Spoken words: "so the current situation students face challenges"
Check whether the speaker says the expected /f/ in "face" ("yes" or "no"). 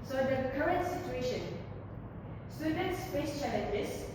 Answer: no